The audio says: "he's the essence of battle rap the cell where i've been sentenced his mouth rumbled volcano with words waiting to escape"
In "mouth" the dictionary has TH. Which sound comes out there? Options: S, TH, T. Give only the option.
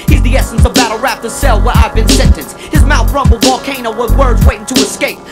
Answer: TH